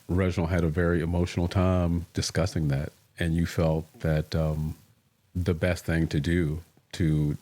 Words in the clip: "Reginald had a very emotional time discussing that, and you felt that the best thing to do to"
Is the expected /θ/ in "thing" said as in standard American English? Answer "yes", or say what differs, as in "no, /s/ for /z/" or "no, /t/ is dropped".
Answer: yes